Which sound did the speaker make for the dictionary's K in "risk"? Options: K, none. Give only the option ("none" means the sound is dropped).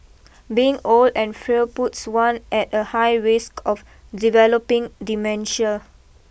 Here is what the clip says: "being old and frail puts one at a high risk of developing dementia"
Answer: K